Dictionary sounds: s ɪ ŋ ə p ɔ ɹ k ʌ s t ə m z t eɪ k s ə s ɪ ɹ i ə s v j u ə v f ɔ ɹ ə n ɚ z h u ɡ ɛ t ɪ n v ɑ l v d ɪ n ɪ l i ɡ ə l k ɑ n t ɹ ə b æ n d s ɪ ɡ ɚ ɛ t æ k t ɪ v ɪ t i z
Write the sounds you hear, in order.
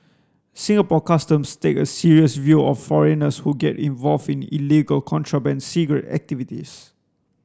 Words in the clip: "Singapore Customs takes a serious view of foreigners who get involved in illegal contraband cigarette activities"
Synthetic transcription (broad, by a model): s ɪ ŋ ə p ɔ k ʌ s t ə m s t eɪ k ə s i ɹ i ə s v j u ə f ɔ ɹ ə n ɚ s h u ɡ ɛ t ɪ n v ɑ l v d ɪ n ɪ l i ɡ ə l k ɑ n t ɹ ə b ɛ n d s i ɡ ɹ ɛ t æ k t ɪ v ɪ t i s